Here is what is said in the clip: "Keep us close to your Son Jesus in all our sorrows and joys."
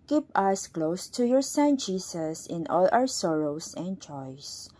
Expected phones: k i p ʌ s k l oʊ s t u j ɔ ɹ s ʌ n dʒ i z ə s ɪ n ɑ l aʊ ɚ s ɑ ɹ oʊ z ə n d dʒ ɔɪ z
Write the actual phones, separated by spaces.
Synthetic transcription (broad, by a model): k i p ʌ s k l oʊ s t u j ɔ ɹ s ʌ n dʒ i s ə s ɪ n ɑ l aʊ ɚ s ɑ ɹ oʊ s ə n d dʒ ɔɪ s